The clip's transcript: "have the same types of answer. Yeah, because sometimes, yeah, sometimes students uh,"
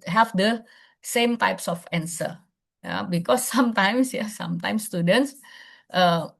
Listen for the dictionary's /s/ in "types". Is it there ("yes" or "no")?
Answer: yes